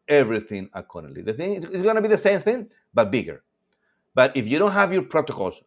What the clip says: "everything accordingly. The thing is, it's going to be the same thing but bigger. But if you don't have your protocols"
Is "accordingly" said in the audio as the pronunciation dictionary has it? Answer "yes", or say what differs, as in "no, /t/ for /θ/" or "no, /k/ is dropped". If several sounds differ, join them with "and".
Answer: no, /ŋ/ is dropped